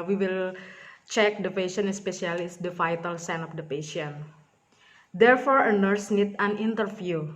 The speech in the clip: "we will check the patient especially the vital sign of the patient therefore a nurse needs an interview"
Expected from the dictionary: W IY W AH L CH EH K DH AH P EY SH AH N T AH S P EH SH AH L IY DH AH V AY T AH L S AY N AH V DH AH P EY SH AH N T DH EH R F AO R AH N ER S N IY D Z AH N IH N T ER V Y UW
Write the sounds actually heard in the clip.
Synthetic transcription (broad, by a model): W IY W AH L CH EH K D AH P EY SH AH N AH S P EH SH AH L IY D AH F AY T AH L S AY N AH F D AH P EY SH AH N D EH R F AO R AH N ER S N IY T AH N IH N T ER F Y UW